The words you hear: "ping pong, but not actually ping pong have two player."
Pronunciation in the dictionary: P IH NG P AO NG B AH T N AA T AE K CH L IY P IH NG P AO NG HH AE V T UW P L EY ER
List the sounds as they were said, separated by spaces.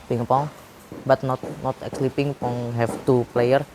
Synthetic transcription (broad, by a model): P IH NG P AO NG B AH T N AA T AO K S L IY P IH NG P AO NG HH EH F T UW P L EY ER